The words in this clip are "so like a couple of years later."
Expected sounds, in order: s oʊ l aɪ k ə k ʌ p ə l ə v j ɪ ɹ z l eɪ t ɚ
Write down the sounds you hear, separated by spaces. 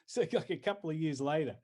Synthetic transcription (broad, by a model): s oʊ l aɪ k ə k ʌ p l ə v j ɪ ɹ z l eɪ t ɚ